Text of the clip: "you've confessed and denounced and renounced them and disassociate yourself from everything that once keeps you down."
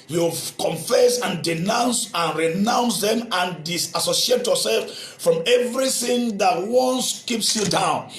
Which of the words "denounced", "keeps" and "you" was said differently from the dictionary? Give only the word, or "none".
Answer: denounced